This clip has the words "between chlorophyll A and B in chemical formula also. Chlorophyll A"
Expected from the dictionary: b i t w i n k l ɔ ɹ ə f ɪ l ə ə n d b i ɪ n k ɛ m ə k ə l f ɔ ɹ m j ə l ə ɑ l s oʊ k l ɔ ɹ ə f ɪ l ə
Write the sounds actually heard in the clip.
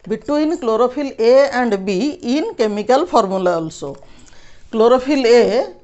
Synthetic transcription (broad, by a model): b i t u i n k l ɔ ɹ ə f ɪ l ə ə n d b i n k ɛ m ə k ə l p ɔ ɹ m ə l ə ɑ l s oʊ k l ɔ ɹ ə p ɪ l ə